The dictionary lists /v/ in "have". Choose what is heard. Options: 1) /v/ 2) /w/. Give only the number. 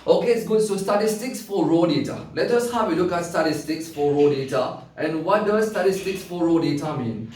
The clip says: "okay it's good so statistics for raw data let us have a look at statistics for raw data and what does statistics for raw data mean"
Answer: 2